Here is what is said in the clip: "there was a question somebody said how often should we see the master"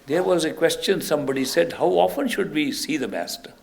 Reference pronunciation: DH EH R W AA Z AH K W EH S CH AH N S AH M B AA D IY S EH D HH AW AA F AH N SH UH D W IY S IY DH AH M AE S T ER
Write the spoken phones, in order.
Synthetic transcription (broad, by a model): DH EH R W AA Z AH K W EH S CH AH N S AH M B AA D IY S EH D HH AW AA F AH N SH UH D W IY S IY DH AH M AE S T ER